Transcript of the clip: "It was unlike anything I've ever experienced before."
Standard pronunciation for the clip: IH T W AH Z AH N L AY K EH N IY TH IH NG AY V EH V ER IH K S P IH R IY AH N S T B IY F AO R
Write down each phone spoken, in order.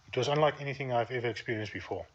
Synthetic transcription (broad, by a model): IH T W AH Z AH N L AY K EH N IY TH IH NG AY V EH V ER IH K S P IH R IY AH N S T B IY F AO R